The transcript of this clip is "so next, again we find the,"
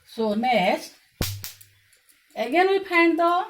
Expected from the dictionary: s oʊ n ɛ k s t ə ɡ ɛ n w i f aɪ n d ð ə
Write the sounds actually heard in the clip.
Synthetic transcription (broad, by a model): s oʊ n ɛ s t ə ɡ ɛ n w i p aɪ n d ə